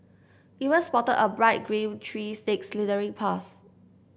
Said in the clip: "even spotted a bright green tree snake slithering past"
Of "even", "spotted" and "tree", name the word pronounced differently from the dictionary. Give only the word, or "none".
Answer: even